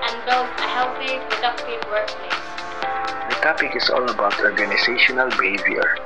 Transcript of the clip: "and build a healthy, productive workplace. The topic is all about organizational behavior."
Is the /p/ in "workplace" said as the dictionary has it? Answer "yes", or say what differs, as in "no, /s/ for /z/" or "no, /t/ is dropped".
no, /p/ is dropped